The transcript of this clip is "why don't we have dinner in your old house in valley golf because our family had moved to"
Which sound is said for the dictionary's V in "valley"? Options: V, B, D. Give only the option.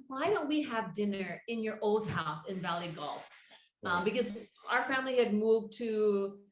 V